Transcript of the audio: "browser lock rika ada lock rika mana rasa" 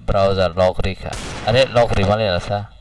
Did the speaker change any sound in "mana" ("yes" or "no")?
yes